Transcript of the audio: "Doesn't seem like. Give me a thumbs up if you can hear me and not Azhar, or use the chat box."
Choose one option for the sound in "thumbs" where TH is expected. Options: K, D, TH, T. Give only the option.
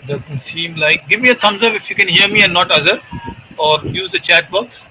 T